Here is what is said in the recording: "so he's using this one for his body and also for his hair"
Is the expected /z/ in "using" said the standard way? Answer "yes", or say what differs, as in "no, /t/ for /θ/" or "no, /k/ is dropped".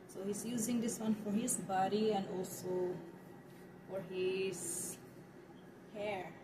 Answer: yes